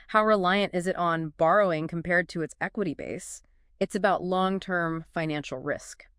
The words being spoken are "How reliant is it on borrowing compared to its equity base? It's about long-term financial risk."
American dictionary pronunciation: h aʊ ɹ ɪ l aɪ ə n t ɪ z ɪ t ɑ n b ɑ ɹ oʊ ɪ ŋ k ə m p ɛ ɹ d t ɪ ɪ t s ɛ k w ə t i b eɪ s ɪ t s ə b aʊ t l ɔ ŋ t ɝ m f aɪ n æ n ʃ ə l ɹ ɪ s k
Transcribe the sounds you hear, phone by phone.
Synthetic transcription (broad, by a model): h aʊ ɹ ɪ l aɪ ə n t ɪ z ɪ t n b ɑ ɹ oʊ ɪ ŋ k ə m p ɛ ɹ d t ɪ ɪ t s ɛ k w ə t i b eɪ s ɪ t s ə b aʊ t l ɔ ŋ t ɝ m f aɪ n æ n ʃ l ɹ ɪ s k